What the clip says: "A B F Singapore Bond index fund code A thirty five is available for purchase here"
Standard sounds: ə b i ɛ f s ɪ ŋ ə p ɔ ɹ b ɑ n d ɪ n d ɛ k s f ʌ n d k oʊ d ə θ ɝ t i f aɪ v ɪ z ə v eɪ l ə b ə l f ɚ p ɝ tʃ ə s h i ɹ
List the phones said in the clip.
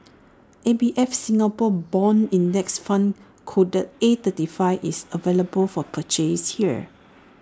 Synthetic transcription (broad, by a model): ə b i ɛ f s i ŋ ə p ɔ b ɑ n i n d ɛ k s f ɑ n k oʊ d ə t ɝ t i f aɪ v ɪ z ə v eɪ l ə b ə l f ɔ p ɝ tʃ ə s h i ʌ